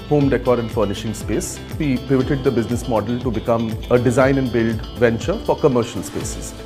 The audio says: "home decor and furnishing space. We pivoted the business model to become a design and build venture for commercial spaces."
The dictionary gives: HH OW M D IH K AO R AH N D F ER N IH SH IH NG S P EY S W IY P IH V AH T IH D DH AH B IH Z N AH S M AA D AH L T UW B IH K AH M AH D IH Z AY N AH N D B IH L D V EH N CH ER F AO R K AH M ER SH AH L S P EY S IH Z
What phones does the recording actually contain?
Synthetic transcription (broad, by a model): HH OW M D IH K AO R AH N D F ER N IH SH IH NG S P EY S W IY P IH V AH T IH D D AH B IH Z N AH S M AA D AH L T UW B IH K AH M AH D IH Z AY N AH N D B IH L D V EH N CH ER F AO R K AH M ER SH AH L S P EY S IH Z